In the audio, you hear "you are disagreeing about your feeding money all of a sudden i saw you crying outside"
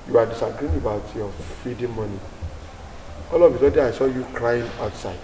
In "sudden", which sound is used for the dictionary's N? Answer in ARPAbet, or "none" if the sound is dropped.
none